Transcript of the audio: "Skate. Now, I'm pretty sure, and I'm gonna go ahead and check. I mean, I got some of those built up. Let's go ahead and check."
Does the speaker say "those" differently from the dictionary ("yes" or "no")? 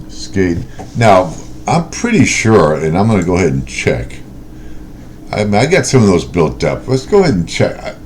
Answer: no